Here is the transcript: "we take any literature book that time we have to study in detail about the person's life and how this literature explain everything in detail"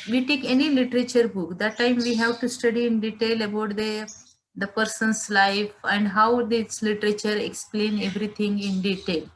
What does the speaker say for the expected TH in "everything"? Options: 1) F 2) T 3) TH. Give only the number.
2